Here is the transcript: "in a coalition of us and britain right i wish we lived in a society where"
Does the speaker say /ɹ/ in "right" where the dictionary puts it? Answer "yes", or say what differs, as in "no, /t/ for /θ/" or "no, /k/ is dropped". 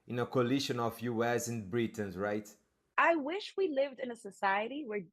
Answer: yes